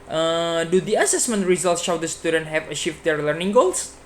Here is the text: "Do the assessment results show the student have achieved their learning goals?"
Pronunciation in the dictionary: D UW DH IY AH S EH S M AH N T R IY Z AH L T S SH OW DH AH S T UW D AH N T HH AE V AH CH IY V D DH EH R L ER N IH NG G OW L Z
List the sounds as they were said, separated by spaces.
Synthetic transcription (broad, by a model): D UW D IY AH S EH S M AH N T R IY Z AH L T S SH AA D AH S T UW D AH N T HH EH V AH SH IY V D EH R L ER N IH NG G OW L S